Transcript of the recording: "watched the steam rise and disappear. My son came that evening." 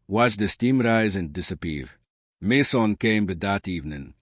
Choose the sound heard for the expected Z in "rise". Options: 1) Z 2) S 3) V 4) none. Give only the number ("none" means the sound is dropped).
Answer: 1